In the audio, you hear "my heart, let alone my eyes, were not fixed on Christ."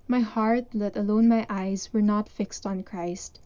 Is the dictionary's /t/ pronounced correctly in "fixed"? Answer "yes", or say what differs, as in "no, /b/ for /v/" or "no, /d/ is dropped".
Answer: yes